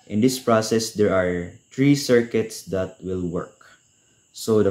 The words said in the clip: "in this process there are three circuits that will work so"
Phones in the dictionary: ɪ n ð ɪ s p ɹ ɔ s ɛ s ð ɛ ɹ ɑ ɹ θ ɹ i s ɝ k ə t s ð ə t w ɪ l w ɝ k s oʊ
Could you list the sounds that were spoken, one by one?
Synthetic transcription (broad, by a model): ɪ n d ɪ s p ɹ ɔ s ɛ s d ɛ ɹ ɑ ɹ t ɹ i s ɝ k ə t s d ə t w ɪ l w ɝ k s oʊ